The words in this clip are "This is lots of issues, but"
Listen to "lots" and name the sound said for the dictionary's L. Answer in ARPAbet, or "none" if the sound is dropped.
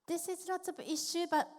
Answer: N